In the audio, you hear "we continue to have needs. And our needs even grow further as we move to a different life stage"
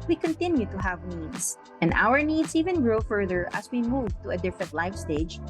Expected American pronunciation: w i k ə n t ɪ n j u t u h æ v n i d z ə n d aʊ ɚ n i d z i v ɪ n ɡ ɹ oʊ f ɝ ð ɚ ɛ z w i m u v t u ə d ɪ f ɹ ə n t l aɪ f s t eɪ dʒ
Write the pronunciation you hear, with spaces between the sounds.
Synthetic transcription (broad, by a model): w i k ə n t ɪ n j u t u h æ v n i d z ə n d aʊ ɚ n i d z i v ɪ n ɡ ɹ oʊ f ɝ ð ɚ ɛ s w i m u v t u ə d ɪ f ə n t l aɪ f s t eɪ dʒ